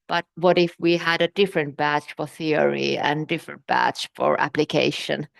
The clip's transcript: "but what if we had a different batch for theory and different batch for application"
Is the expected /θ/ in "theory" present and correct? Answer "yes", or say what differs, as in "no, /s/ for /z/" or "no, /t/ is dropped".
yes